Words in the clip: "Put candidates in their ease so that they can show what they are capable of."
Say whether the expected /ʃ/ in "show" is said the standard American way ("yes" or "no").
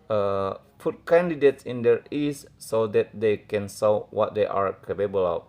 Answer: no